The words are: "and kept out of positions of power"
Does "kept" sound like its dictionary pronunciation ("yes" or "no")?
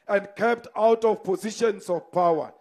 yes